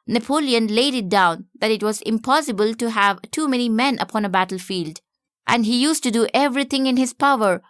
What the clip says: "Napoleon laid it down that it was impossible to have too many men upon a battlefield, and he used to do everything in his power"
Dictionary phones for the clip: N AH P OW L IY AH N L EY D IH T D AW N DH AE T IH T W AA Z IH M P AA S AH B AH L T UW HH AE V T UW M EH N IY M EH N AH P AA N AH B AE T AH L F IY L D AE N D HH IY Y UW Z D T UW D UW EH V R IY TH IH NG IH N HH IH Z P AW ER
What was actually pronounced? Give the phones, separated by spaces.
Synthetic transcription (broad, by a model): N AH P OW L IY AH N L EY D IH T D AW N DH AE T IH T W AA Z IH M P AA S AH B AH L T UW HH AE V T UW M EH N IY M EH N AH P AA N AH B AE T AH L F IY L D AE N D HH IY Y UW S T UW D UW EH V R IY T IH NG IH N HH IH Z P AW ER